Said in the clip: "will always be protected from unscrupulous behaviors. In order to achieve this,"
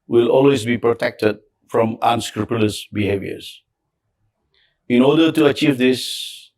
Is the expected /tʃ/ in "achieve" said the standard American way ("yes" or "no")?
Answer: yes